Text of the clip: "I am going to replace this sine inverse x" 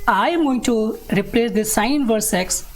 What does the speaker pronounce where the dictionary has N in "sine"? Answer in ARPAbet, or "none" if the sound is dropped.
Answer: none